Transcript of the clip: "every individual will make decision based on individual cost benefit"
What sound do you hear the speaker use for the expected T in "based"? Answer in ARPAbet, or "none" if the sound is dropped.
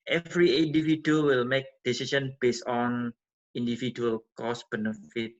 none